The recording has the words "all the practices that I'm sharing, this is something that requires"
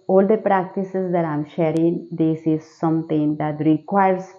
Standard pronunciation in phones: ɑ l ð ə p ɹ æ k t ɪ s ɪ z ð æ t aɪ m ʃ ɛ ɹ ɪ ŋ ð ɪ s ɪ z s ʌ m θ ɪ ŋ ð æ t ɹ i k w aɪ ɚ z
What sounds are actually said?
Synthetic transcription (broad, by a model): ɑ l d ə p ɹ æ k t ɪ s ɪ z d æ t aɪ m ʃ ɛ ɹ ɪ ŋ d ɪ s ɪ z s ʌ m t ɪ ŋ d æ t ɹ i k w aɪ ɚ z